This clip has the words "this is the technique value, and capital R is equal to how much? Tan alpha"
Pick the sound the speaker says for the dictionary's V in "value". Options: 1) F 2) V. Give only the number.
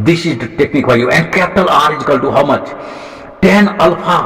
1